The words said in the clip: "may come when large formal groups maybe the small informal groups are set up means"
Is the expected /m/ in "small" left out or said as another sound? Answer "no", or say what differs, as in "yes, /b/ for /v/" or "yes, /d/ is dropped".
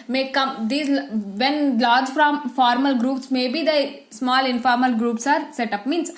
no